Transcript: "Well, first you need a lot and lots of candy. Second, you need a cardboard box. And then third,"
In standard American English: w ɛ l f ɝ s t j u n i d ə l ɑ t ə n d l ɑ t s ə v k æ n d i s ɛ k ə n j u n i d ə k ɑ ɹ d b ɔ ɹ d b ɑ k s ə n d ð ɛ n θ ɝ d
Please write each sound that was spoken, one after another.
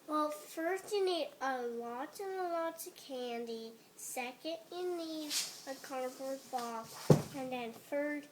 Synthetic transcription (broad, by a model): w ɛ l f ɝ s t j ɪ n i d ə l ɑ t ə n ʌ l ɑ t ə k æ n d i s ɛ k ə n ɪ n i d ə k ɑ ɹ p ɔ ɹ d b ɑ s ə n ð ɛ n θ ɝ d